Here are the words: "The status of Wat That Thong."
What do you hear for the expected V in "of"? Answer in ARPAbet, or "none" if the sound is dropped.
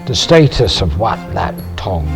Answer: V